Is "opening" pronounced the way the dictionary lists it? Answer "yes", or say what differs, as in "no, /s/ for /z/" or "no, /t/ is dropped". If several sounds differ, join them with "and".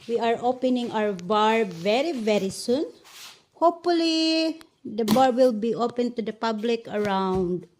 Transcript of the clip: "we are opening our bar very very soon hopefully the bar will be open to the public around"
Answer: yes